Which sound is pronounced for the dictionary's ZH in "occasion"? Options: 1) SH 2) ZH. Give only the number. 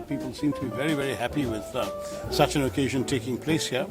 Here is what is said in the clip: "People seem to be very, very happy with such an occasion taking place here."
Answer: 2